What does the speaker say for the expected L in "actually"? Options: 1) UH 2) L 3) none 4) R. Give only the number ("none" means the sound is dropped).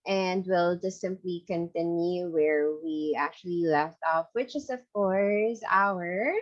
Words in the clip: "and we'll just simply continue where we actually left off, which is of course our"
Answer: 2